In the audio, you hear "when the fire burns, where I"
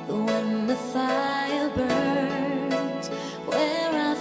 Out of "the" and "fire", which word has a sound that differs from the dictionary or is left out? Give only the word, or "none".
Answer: fire